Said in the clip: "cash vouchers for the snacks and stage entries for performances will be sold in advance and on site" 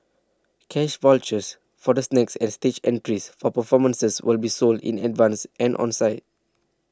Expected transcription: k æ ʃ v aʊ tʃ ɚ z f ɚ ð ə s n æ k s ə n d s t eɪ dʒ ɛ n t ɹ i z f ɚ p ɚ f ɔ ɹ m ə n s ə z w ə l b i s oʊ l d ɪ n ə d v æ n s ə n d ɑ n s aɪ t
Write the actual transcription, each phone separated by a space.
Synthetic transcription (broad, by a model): k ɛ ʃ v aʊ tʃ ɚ s f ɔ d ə s n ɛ k s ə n s t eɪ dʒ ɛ n t ɹ i s f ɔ p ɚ f ɔ m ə n s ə s w ə l b i s oʊ l d ɪ n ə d v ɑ n s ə n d ɑ n s aɪ t